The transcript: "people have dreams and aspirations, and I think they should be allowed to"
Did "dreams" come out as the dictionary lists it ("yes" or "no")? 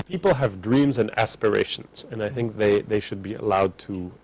yes